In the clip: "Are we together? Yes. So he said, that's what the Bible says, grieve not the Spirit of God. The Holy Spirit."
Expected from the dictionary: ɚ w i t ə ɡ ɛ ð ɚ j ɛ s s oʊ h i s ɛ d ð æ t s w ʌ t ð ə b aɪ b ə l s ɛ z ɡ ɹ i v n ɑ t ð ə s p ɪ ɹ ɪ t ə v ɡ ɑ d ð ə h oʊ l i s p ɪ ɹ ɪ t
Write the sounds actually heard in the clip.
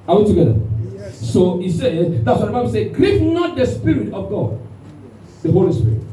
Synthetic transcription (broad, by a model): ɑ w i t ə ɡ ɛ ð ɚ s s oʊ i s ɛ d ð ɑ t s w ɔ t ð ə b aɪ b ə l s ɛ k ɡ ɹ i p n ɑ t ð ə s p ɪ ɹ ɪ t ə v ɡ ɑ d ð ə h oʊ l i s p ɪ ɹ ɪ t